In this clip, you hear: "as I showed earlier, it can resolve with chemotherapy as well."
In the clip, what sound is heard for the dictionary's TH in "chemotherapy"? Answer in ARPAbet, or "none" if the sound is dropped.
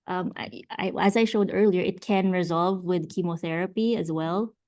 TH